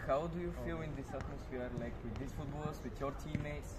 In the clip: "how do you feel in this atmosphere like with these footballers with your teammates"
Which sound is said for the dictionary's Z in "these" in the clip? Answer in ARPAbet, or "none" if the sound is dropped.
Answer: S